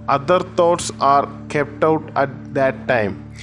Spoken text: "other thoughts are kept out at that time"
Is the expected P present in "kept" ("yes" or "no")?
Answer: yes